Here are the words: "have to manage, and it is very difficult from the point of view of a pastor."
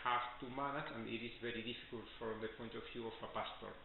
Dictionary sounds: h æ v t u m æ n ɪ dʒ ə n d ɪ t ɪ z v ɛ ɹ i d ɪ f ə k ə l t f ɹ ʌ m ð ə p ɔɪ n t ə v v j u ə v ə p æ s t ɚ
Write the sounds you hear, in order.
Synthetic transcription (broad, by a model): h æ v t u m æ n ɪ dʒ ə n d ɪ t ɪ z v ɛ ɹ i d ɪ f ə k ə l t f ɹ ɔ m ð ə p ɔɪ n t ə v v j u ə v ə p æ s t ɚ